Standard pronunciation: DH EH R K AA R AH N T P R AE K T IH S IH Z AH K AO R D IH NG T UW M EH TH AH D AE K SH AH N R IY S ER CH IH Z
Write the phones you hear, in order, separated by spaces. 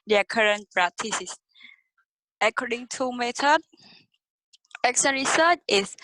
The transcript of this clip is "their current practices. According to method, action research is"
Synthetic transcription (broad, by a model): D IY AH K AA R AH N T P R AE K T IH S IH S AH K AO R D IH NG T UW M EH T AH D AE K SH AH N R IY S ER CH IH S